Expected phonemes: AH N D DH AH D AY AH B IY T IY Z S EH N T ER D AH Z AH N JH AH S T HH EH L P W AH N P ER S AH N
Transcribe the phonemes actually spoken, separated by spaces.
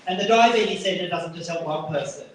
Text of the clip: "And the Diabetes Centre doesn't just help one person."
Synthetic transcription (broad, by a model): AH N DH AH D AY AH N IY S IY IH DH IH T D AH Z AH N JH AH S T HH EH L P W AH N P ER S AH N